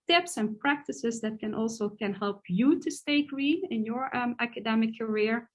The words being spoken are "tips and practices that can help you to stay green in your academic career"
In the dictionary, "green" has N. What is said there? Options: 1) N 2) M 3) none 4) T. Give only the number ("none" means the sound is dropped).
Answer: 3